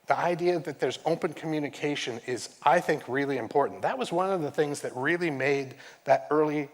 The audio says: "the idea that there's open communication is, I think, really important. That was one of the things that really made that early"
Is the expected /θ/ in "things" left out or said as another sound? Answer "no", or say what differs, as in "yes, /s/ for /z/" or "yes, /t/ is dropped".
no